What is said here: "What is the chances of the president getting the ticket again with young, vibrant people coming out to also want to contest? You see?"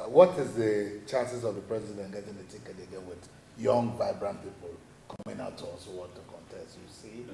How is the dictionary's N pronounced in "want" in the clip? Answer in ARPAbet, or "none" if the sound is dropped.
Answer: none